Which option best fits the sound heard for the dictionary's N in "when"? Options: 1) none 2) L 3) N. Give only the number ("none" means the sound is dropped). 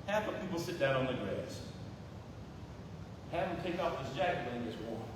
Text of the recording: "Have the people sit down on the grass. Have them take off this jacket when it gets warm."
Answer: 1